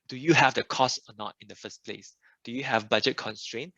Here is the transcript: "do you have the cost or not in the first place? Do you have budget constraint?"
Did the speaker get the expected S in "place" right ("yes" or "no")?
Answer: yes